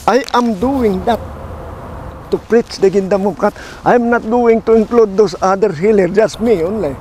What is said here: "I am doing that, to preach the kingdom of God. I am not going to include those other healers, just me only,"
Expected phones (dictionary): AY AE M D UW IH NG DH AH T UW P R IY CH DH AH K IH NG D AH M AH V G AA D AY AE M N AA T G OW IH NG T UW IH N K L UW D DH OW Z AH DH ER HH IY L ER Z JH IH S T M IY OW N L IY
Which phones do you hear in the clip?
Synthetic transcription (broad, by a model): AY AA M D UW IH NG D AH T UW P R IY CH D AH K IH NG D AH M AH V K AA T AY M N AA T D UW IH NG T UW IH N K L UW D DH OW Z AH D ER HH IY L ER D JH IH S T M IY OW N L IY